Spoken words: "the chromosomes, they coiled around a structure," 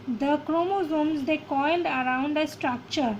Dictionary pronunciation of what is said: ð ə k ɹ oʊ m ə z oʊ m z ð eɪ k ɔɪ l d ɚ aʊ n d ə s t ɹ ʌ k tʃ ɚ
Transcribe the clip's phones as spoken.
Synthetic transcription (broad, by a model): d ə k ɹ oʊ m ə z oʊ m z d eɪ k ɔɪ l d ɚ aʊ n d ə s t ɹ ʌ k tʃ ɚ